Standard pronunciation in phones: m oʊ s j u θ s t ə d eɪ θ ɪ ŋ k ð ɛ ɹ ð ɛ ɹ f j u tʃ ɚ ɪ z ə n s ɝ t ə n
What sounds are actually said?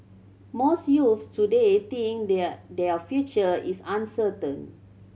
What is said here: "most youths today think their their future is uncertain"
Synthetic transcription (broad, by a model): m oʊ s j u f s t ə d eɪ t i ŋ k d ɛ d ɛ f j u tʃ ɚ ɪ s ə n s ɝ t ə n